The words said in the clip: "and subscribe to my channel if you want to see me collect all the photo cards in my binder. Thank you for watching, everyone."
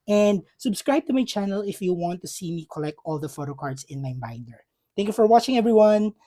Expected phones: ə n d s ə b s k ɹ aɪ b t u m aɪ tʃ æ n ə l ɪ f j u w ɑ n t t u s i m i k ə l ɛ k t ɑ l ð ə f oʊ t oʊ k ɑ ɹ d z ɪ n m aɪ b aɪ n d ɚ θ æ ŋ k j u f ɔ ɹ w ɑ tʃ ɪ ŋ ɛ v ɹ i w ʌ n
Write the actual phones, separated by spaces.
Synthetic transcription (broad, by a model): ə n d s ə b s k ɹ aɪ b t u m aɪ tʃ æ n ə l ɪ f j u w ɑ n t t u s i m i k ə l ɛ k t ɑ l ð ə f oʊ t oʊ k ɑ ɹ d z ɪ n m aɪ b aɪ n d ɚ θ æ ŋ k j u f ɔ ɹ w ɑ tʃ ɪ ŋ ɛ v ɹ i w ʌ n